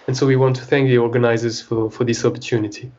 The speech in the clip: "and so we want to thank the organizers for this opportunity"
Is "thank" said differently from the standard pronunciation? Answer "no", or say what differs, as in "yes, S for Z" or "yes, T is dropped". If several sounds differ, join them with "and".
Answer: no